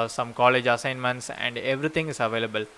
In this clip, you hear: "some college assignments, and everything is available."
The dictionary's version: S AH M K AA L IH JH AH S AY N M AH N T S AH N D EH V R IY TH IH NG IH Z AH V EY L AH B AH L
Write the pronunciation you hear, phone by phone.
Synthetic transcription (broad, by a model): S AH M K AA L IH JH AH S AY N M AH N T S AH N D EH V R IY T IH NG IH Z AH V EY L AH B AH L